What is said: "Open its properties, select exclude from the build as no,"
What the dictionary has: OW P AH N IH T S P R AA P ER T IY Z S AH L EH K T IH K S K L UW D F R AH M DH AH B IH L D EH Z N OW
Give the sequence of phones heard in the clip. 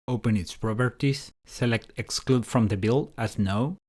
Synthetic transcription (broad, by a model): OW P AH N IH T S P R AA B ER T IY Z S AH L EH K T IH K S K L UW D F R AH M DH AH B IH L AA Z N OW